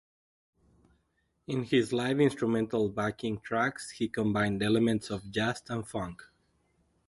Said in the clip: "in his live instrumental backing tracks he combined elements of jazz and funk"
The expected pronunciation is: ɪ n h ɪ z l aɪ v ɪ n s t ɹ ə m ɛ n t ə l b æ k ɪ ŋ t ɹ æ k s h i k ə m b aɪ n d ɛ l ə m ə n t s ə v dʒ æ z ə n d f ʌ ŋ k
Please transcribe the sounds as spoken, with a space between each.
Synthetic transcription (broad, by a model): ɪ n h ɪ z l aɪ v ɪ n s t ɹ ə m ɛ n t ə l b æ k ɪ ŋ t ɹ æ k s h i k ə m b aɪ n d ɛ l ə m ə n t s ə v dʒ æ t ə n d f ʌ ŋ k